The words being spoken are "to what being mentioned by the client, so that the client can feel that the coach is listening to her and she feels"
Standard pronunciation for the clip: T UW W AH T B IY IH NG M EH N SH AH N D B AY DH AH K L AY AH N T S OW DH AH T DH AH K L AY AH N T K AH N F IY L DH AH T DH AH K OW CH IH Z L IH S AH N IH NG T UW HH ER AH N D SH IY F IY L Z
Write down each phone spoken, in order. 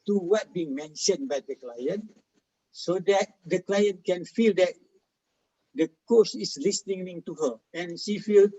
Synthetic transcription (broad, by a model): T UW W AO T B IY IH NG M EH N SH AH N B AY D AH K L AY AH N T S OW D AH T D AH K L AY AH N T K AH N F IY L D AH T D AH K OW S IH S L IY S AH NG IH NG T UW HH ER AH N SH IY F IY L